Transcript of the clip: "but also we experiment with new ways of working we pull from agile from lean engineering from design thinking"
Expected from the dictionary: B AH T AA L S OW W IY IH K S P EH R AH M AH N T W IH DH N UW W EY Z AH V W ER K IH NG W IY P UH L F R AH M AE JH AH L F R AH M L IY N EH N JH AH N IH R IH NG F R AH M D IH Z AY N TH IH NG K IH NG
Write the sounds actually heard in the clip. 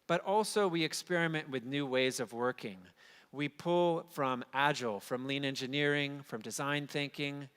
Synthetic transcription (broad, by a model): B AH T AA L S OW W IY IH K S P EH R AH M AH N T W IH DH N UW W EY Z AH V W ER K IH NG W IY P UH L F R AH M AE JH L F R AH M L IY N EH N JH AH N IH R IH NG F R AH M D IH Z AY N TH IH NG K IH NG